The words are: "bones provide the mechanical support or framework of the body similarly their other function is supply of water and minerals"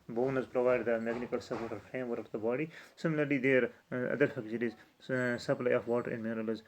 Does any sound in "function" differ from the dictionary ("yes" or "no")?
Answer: yes